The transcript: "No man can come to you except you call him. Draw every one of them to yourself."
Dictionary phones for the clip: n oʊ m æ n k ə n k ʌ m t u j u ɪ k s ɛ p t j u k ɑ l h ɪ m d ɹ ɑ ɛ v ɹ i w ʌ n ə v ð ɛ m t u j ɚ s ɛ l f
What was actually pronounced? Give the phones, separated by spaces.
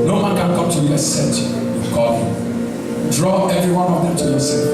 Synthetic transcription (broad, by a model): n oʊ m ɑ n k ə n k ʌ m t u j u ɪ s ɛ t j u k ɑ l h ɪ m d ɹ ɑ ɛ v ɹ i w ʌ n ə v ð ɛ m t u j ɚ s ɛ